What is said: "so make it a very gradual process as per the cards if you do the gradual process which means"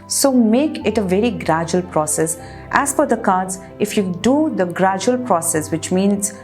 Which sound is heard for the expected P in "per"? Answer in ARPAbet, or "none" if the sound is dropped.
F